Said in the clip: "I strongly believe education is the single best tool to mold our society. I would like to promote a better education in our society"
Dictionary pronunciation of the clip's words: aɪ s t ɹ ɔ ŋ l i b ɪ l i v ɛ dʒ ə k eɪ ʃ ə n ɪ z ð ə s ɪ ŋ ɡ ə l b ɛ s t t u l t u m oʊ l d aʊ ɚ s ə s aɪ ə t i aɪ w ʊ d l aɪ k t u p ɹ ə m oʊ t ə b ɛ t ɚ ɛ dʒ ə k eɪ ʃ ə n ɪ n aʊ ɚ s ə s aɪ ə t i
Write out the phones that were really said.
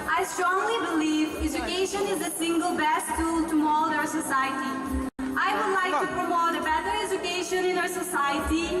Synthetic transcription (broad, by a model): aɪ s t ɹ ɔ ŋ l i b ɪ l i v ɛ dʒ ə k eɪ ʃ ə n ɪ z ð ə s ɪ ŋ ɡ ə l b ɛ s t t u l t u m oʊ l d aʊ ɚ s ə s aɪ ə t i aɪ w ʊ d l aɪ k t u p ɹ ə m oʊ t ə b ɛ t ɚ ɛ dʒ ə k eɪ ʃ ə n ɪ n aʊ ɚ s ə s aɪ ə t i